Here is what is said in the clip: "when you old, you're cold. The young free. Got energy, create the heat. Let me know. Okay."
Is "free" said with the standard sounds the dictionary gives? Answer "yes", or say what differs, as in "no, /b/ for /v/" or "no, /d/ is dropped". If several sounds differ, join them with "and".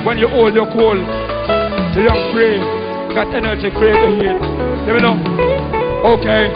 no, /p/ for /f/